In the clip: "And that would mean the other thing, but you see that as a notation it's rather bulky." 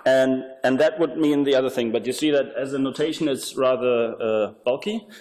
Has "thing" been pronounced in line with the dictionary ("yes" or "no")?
yes